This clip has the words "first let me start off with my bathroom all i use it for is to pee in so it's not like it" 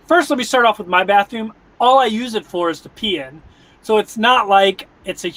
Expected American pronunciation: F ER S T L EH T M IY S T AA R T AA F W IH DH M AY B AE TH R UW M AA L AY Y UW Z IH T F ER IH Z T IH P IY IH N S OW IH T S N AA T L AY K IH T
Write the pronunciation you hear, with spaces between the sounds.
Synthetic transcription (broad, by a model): F ER S T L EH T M IY S T AA R T AA F W IH DH M AY B AE TH R UW M AA L AY Y UW Z IH T F ER IH Z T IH P IY IH N S OW IH T S N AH T L AY K IH T